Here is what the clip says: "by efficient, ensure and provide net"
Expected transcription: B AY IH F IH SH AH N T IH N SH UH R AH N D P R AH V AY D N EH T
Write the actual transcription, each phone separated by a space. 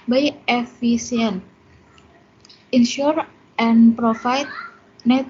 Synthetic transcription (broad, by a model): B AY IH F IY S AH N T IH N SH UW R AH N P R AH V AY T N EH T